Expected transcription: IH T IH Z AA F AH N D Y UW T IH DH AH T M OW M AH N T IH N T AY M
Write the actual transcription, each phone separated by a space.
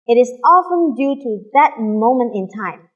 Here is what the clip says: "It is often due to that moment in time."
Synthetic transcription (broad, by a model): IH T IH Z AA F AH N D Y UW T IH DH AH T M OW M AH N T IH N T AY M